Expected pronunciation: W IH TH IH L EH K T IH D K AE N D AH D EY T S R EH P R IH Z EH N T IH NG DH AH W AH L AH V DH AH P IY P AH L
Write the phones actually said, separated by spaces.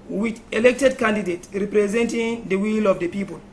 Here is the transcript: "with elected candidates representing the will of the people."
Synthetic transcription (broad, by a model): W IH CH IH L EH K T IH D K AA N D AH D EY T R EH P R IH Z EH N T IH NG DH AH W AH L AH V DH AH P IY P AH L